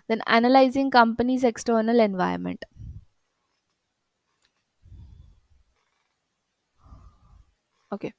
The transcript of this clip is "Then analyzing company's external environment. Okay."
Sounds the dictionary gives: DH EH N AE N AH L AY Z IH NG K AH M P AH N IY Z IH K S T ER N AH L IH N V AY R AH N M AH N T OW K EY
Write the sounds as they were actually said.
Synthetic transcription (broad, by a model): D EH N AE N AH L AY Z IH NG K AH M P AH N IY Z IH K S T ER N AH L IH N V AY AH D M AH N T OW K EY